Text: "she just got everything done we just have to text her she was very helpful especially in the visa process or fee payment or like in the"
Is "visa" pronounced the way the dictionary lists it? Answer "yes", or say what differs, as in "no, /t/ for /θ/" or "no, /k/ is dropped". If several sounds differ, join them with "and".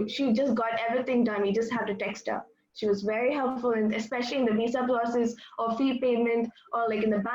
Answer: no, /b/ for /v/ and /s/ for /z/